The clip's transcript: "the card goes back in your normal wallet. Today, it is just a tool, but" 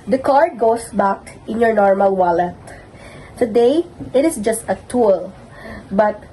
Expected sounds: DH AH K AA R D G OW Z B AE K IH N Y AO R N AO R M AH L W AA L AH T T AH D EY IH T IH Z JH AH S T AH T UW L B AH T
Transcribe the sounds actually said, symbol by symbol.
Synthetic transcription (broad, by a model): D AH K AA R D G OW S B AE K IH N Y AO R N AO R M AH L W AA L AH T T AH D EY IH T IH S JH AH S T AH T UW L B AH T